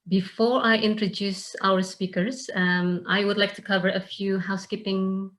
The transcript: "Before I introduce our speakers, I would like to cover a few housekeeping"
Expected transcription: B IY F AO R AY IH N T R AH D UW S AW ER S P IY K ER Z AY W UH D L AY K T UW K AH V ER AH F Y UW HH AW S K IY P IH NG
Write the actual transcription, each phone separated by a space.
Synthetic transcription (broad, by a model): B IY F AO R AY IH N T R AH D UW S AW ER S P IY K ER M AY W UH D L AY K T UW K AH V ER AH F Y UW HH AW S K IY P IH NG